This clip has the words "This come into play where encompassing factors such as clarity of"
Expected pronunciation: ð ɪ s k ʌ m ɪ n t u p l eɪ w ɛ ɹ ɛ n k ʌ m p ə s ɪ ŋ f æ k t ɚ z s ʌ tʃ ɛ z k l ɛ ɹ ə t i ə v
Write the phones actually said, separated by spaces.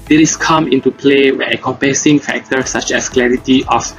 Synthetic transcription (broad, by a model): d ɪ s k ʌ m ɪ n t u p l eɪ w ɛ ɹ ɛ k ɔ m p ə s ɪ ŋ f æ k t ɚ s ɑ tʃ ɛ s k l ɛ ɹ ə t i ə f